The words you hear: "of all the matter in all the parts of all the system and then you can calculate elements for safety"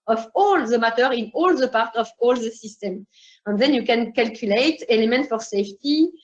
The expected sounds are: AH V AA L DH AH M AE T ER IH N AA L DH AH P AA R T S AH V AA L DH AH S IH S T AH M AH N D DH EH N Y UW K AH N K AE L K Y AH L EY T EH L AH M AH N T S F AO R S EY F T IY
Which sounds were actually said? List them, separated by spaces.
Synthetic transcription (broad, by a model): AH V AA L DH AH M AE T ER IH N AA L DH AH P AA R T AH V AA L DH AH S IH S T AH M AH N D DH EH N Y UW K AH N K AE L K Y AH L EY T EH L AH M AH N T F AO R S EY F T IY